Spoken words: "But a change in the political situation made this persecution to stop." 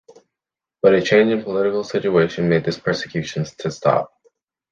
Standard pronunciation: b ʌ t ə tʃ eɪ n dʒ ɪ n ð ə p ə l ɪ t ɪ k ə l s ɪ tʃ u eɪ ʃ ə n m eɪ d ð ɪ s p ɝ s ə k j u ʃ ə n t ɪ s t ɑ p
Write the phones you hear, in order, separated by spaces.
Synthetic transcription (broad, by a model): b ʌ t ə tʃ eɪ n dʒ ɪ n p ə l ɪ t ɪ k l s ɪ tʃ u eɪ ʃ ə n m eɪ d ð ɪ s p ɝ s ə k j u ʃ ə n t ɪ s t ɑ p